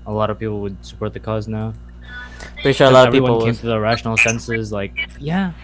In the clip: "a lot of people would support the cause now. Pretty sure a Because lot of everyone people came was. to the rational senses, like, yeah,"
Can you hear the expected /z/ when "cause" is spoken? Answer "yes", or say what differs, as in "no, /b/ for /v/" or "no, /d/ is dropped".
yes